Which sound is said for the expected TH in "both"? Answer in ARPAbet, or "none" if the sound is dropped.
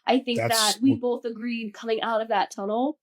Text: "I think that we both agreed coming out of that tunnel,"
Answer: TH